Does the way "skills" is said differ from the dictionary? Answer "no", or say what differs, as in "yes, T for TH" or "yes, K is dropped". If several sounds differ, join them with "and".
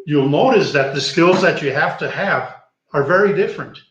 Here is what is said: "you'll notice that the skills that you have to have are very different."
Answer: no